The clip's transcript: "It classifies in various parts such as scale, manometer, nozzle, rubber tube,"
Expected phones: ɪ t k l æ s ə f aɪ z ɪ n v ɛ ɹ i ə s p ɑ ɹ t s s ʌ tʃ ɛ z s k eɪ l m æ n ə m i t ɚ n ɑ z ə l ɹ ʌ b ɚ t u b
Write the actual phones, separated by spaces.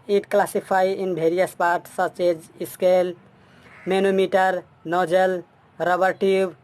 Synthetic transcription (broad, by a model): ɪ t k l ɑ s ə p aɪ ɪ n b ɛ ɹ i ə s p ɑ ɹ t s s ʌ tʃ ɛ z s k eɪ l m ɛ n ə m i t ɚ n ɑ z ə l ɹ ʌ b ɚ t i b